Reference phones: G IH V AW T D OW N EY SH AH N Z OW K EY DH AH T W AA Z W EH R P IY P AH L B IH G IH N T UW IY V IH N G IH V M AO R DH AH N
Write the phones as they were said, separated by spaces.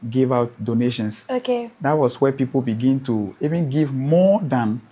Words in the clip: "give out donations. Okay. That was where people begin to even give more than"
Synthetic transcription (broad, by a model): G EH V AW T D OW N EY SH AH N S OW K EY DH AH T W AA S W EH P IY P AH L B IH G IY N T UW IY V IH N G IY V M AO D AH N